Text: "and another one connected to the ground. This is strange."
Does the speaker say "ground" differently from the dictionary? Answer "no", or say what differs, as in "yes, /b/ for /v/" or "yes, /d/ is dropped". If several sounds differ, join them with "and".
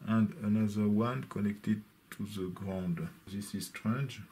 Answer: no